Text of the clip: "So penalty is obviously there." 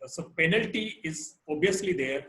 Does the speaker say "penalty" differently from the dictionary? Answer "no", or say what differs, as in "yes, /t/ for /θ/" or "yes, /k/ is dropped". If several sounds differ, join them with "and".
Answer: no